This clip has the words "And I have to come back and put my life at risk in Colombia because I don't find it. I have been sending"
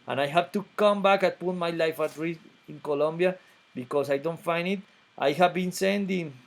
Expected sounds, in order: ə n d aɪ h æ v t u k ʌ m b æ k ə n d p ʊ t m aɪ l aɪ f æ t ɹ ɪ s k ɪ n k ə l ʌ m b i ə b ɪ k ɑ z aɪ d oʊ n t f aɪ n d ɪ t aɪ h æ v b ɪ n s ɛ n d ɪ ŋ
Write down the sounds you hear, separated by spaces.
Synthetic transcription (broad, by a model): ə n aɪ h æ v t u k ʌ m b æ k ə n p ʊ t m aɪ l aɪ f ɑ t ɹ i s ɪ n k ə l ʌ m b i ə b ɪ k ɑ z aɪ d oʊ n t f aɪ n d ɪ t aɪ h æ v b ɪ n s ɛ n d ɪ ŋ